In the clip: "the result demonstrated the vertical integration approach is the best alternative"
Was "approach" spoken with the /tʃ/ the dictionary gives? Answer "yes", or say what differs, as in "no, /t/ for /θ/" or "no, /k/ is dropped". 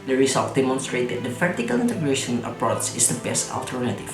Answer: no, /s/ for /tʃ/